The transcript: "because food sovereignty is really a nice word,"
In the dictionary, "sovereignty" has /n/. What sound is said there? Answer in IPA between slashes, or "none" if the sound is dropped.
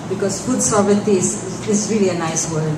none